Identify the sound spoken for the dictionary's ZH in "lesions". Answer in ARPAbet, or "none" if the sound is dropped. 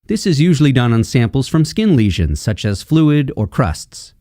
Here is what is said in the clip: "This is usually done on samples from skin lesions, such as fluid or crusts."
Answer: ZH